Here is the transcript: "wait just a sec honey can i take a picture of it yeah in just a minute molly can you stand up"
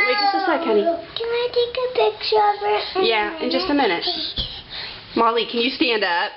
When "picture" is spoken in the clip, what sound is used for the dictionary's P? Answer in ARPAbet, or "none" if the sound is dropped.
B